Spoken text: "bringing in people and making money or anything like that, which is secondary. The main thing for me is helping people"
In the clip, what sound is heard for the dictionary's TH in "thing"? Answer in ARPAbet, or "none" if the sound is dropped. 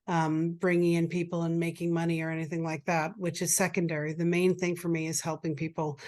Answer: TH